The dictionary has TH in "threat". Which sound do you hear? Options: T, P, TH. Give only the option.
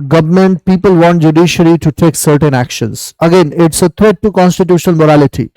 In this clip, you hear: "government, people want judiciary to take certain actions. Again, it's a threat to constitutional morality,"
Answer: T